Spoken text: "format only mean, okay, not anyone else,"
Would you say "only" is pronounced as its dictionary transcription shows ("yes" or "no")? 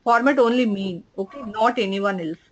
yes